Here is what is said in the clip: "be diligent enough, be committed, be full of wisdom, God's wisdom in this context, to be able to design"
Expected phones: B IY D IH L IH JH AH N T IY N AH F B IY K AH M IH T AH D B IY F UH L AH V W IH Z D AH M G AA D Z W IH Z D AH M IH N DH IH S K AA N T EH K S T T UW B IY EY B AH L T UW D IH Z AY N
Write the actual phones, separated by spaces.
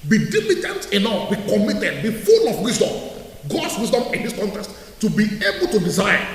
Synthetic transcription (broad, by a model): B IY D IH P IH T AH N T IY N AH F B IY K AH M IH T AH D B IY F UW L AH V W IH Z D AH M G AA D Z W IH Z D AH M IH N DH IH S K AA N T EH K S T T UW B IY EY B AH L T UW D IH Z AY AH